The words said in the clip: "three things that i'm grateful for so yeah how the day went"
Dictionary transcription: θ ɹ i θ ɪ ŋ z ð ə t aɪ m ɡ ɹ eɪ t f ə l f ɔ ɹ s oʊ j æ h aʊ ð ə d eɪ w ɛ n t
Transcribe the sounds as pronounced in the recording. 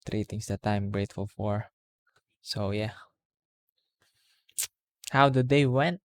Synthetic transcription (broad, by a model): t ɹ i t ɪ ŋ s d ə t aɪ m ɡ ɹ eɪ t f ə l f ɔ ɹ s oʊ j æ h aʊ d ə d eɪ w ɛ n t